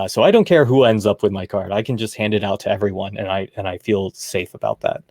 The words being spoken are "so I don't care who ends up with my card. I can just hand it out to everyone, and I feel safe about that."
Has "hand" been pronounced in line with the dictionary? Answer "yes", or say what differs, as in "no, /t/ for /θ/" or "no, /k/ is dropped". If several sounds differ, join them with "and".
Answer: yes